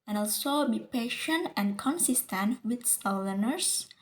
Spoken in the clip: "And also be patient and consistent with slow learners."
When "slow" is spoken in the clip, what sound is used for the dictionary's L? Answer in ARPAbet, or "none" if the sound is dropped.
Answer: none